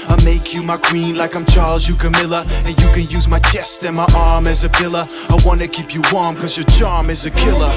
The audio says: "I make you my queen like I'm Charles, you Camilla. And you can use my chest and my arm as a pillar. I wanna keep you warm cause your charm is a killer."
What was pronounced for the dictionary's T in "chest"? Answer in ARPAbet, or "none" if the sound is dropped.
T